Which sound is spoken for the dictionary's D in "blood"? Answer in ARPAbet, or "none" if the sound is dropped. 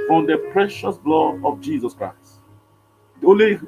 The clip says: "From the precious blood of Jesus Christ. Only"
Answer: none